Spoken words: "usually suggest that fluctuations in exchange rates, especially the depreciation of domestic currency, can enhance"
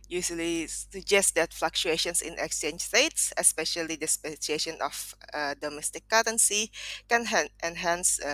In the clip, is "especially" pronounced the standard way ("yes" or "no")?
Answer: no